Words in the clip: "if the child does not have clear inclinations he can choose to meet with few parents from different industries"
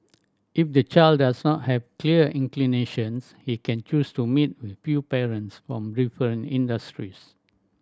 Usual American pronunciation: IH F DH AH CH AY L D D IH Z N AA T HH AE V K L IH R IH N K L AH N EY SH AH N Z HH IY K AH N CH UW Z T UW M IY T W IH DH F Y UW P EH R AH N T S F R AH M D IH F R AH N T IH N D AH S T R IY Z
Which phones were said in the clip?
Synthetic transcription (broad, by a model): IH F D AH CH AY L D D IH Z N AA T HH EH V K L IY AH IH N K L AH N EY SH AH N S HH IY K AH N CH UW S T UW M IY T W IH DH F Y UW P EH R AH N T S F R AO M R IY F AH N IH N D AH S T R IY S